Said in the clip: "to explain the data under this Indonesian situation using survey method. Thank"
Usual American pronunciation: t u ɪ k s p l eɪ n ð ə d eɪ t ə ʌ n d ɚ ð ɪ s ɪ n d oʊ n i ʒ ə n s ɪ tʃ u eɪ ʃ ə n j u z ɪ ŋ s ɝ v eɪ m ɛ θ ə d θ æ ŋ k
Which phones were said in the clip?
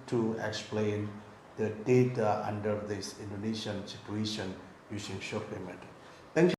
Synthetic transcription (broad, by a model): t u ɪ k s p l eɪ n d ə d eɪ t ə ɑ n d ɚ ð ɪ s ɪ n d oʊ n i ʃ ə n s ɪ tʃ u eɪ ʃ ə n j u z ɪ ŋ ʃ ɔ p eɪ m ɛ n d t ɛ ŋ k